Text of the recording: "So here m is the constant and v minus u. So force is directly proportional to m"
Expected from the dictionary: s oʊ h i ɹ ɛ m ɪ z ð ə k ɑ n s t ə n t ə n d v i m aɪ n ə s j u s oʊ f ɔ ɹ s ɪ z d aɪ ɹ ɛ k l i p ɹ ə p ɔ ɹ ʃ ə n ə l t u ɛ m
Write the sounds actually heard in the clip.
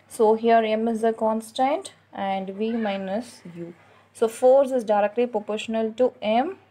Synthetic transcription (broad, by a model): s oʊ h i ɹ ɛ m ɪ z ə k ɑ n s t ə n t ə n d v i m aɪ n ə s j u s oʊ f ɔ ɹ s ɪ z d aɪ ɹ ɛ k l i p ɹ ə p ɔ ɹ ʃ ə n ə l t u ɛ m